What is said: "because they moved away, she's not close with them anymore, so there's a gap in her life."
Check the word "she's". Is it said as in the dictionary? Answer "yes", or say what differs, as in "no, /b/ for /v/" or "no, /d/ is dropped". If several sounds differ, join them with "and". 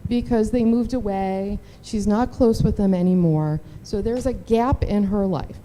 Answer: yes